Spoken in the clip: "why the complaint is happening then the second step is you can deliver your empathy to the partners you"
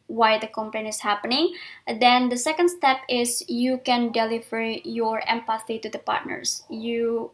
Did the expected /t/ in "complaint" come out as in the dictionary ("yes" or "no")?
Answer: no